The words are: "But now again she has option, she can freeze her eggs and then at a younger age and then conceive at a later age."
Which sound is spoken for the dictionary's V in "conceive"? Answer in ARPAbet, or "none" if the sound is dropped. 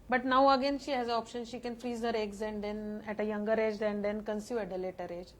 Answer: none